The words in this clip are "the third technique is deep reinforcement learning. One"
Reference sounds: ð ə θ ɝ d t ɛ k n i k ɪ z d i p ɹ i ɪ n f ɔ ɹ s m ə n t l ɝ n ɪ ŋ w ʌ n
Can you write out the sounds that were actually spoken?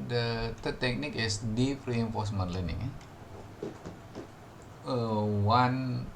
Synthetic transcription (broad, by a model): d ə t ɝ t ɛ k n i k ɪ s d i p ɹ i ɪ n f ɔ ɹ s m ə n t l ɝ n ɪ ŋ w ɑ n